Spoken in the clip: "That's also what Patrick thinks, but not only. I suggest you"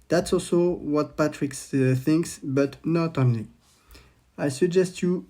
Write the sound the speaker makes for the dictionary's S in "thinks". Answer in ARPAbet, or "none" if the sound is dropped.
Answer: S